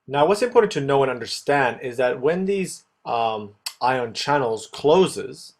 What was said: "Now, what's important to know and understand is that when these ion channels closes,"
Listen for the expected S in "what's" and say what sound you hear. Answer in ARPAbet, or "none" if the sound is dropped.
S